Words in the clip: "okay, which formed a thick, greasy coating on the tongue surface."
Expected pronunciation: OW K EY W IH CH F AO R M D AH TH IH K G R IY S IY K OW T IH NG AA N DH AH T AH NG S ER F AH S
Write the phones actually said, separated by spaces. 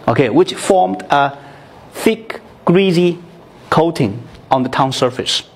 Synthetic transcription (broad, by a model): OW K EY W IH CH F AO R M D AH TH IH K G R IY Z IY K OW T IH NG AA N DH AH T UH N S ER F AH S